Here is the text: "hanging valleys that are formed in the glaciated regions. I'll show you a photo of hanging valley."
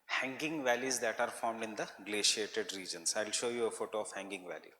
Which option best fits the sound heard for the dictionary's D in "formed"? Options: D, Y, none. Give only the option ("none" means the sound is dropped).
D